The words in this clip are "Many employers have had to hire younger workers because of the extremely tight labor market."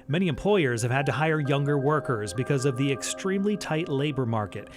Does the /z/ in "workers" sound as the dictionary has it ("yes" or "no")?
yes